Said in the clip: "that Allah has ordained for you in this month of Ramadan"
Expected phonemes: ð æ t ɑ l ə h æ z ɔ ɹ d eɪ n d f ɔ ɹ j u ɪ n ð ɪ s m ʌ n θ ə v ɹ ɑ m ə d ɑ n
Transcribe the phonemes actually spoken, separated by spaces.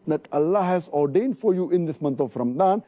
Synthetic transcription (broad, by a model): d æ t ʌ l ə h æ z ɔ ɹ d eɪ n d f ɔ ɹ j u ɪ n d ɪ s m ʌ n t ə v ɹ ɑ m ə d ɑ n